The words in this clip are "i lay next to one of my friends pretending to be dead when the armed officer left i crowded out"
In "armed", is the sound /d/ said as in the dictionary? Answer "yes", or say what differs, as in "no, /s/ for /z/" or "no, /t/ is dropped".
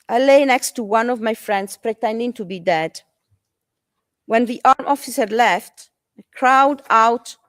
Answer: no, /d/ is dropped